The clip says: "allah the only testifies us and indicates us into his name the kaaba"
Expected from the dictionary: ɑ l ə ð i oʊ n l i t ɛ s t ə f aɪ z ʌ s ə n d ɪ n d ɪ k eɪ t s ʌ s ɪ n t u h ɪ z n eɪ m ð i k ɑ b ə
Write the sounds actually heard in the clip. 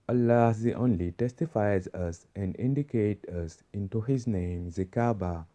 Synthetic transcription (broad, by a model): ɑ l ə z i oʊ n l i t ɛ s t ə f aɪ z ʌ s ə n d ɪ n d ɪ k eɪ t ʌ s ɪ n t u h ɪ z n eɪ m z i k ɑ b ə